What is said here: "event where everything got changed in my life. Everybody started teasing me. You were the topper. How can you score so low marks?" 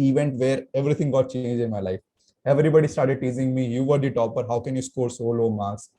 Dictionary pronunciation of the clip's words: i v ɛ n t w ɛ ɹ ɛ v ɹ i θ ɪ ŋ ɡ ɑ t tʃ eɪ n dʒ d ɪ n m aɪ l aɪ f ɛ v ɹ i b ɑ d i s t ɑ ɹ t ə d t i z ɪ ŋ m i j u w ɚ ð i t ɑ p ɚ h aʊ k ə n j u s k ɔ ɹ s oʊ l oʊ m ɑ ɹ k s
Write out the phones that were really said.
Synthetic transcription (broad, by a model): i v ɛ n t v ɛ ɹ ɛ v ɹ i t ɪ ŋ ɡ ɑ t tʃ eɪ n dʒ ɪ n m aɪ l aɪ f ɛ v ɹ i b ɑ d i s t ɑ ɹ t ə d t i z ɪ ŋ m i j u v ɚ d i t ɑ p ɚ h aʊ k ə n j u s k ɔ ɹ s oʊ l oʊ m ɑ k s